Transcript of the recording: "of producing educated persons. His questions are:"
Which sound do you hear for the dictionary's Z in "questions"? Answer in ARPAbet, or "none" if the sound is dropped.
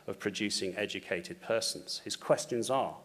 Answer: Z